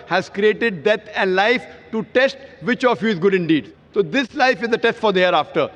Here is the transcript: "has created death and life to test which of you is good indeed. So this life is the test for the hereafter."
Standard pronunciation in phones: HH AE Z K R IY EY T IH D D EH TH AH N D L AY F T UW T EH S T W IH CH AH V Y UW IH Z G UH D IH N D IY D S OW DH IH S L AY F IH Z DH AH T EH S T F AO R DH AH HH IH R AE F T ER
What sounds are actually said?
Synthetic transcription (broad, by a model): HH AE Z K R IY EY T IH D D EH T AH N D L AY F T UW T EH S T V IH CH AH F Y UW IH Z G UH D IH N D IY D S OW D IH S L AY F IH Z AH T EH S T F AO R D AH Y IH R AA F T ER